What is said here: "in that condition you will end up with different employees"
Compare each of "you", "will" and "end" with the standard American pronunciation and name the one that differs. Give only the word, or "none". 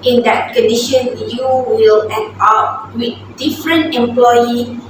end